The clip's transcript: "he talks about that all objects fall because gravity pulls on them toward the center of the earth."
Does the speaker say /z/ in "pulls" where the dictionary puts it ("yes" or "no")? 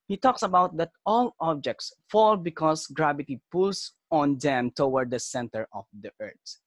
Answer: no